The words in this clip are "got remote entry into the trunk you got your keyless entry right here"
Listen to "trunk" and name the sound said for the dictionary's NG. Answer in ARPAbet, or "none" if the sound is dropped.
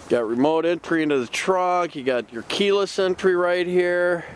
none